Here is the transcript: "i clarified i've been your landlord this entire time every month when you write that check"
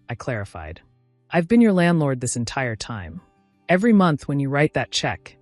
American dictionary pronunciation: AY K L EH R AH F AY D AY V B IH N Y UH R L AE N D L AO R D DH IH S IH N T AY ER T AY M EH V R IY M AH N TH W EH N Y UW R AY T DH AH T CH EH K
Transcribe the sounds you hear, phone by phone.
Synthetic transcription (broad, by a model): AY K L EH R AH F AY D AY V B IH N Y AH R L AE N D L AO R D DH IH S IH N T AY ER T AY M EH V R IY M AH N TH W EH N Y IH R AY T DH AH T CH EH K